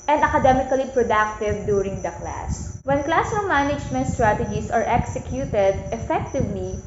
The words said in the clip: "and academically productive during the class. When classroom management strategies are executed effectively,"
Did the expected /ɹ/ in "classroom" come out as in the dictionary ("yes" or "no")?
no